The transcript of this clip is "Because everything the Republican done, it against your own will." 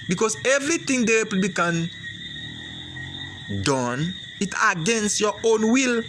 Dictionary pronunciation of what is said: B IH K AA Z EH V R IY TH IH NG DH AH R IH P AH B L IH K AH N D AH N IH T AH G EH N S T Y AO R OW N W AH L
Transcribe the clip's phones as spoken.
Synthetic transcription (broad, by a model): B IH K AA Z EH V R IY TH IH NG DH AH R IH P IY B IH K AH N D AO N IH T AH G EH N S Y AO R OW N W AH L